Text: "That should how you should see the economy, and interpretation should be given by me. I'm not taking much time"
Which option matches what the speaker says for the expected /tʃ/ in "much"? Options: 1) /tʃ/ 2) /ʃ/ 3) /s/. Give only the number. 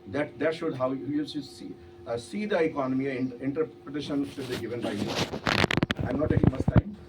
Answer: 3